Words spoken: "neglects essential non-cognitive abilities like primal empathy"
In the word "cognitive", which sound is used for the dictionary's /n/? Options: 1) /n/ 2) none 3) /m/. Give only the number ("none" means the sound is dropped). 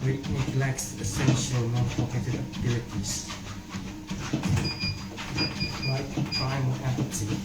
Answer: 2